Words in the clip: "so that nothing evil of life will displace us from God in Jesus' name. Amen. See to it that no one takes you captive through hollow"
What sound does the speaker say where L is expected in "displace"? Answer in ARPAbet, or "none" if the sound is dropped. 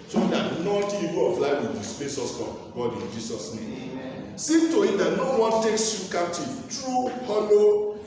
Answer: none